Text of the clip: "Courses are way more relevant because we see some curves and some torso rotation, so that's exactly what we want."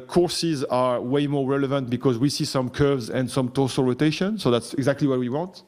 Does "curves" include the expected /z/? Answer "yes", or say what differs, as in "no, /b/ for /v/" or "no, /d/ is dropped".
yes